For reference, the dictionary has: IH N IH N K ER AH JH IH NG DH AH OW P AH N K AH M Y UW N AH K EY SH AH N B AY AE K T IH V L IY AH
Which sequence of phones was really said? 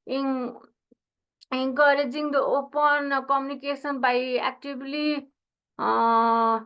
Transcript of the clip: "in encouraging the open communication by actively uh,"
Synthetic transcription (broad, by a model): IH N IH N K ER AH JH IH NG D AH OW P AH N K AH M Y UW N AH K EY S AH N B AY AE K T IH B L IY